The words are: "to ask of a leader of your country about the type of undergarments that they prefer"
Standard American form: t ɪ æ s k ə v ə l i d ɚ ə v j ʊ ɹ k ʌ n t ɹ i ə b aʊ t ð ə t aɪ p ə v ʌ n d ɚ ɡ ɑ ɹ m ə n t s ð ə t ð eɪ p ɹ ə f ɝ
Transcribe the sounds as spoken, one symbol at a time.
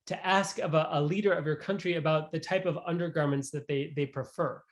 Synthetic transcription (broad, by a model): t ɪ æ s k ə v ə l i d ɚ ə v j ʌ ɹ k ʌ n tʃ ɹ i ə b aʊ t ð ə t aɪ p ə v ʌ n d ɚ ɡ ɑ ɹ m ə n t s ð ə t ð eɪ p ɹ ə f ɝ